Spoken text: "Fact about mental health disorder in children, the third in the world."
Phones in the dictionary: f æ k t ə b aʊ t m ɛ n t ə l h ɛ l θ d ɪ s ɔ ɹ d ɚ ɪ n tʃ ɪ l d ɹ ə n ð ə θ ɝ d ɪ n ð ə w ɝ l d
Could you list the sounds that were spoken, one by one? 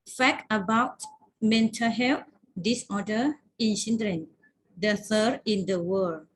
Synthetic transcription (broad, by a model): f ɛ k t ə b aʊ t m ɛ n t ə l h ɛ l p d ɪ s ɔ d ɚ ɪ n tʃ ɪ n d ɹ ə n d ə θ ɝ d ɪ n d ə w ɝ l